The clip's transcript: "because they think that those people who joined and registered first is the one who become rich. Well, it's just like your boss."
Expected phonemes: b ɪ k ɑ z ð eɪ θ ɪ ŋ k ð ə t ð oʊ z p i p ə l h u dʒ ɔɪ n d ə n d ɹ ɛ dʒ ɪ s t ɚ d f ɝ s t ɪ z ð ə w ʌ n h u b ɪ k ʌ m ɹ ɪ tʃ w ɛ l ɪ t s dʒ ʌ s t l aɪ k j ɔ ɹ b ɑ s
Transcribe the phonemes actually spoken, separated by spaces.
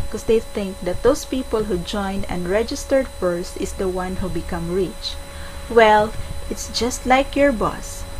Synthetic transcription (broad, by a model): k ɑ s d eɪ θ ɪ ŋ k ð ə t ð oʊ s p i p ə l h u dʒ ɔɪ n d ə n d ɹ ɛ dʒ ɪ s t ɚ d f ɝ s t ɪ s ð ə w ʌ n h u b ɪ k ʌ m ɹ ɪ tʃ w ɛ l ɪ t s dʒ ʌ s t l aɪ k j ɔ ɹ b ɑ s